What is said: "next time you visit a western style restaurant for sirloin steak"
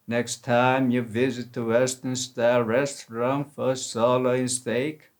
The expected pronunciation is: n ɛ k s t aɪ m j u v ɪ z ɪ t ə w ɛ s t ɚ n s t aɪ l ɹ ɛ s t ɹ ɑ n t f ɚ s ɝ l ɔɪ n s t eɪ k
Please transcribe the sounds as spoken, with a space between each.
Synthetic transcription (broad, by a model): n ɛ k s t aɪ m j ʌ v ɪ z ɪ t ə w ɛ s t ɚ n s t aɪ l ɹ ɛ s t ɹ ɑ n f ɚ s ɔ l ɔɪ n s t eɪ k